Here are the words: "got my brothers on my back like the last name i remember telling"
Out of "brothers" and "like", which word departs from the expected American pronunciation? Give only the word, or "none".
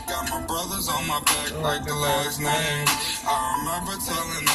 none